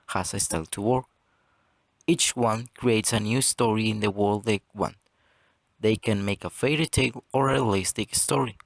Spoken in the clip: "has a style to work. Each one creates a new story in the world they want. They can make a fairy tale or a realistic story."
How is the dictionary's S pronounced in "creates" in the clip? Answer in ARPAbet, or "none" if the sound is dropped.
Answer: S